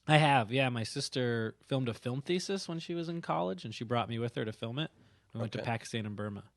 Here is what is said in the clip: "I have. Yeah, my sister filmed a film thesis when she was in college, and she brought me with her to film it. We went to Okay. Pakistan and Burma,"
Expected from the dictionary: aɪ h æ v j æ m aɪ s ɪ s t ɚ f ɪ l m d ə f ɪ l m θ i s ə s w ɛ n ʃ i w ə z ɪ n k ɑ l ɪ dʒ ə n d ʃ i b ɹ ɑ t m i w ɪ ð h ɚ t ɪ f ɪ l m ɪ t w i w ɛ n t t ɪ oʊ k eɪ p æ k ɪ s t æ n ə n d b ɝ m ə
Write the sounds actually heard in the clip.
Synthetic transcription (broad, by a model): aɪ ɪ v j æ m aɪ s ɪ s t ɚ f ɪ l m d ə f ɪ l m θ i s ə s w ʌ n ʃ i w ə z ɪ n k ɑ l ɪ dʒ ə n ʃ i b ɹ ɑ t m i w ɪ ð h ɚ t ɪ f ɪ l m ɪ t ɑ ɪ w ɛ n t t ɪ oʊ p æ k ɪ s t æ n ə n b ɝ m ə